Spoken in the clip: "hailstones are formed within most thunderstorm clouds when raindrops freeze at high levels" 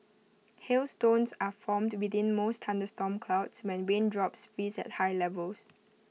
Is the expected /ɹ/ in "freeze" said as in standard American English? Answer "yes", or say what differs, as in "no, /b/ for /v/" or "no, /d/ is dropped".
no, /ɹ/ is dropped